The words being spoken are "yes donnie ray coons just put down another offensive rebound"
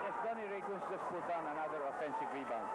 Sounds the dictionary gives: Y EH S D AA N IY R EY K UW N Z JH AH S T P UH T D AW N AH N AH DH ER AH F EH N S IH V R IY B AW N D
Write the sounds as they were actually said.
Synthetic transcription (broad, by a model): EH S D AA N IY R EY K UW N S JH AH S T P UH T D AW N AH N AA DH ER AH F EH N S IH V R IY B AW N